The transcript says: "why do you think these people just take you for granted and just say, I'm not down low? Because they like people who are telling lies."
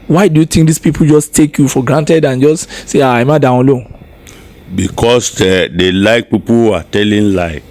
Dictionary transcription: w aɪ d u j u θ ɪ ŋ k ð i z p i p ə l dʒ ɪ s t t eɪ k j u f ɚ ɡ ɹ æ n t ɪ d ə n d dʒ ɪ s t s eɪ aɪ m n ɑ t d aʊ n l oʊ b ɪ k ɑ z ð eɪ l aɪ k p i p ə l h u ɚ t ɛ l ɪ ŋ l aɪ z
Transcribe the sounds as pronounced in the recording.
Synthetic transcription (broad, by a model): w aɪ d u j u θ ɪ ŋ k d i s p i p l dʒ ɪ s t t eɪ k j u f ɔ ɡ ɹ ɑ n t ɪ d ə n dʒ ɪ s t s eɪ aɪ m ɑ d aʊ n l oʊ b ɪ k ɑ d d eɪ l aɪ k p i p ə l h u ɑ t ɛ l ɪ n l aɪ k